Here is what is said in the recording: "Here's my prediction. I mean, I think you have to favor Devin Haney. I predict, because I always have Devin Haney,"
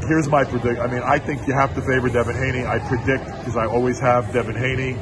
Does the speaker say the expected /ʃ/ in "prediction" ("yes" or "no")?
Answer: no